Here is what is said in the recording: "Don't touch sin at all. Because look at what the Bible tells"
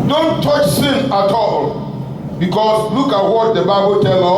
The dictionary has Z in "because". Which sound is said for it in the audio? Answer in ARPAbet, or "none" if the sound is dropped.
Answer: S